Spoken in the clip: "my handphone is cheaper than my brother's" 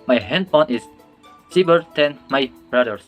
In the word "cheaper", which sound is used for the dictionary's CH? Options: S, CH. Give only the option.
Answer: S